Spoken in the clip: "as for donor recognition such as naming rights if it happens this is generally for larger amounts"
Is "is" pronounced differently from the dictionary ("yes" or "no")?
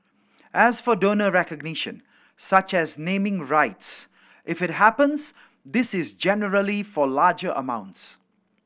no